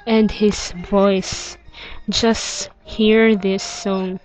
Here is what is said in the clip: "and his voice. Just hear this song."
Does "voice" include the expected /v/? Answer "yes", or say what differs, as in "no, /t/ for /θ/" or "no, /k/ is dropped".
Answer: yes